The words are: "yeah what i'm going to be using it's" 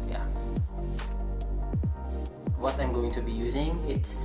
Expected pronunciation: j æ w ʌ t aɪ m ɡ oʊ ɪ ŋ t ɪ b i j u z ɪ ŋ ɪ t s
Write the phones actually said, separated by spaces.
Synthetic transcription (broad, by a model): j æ w ʌ t aɪ m ɡ oʊ ɪ ŋ t ɪ b i j u z ɪ ŋ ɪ t s